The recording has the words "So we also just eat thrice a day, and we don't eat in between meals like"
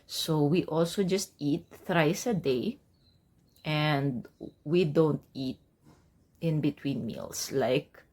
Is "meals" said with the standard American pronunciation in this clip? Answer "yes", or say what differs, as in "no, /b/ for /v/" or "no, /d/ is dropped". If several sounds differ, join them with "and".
no, /s/ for /z/